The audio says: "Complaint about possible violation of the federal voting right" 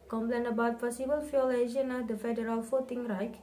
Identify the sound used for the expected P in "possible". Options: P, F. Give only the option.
F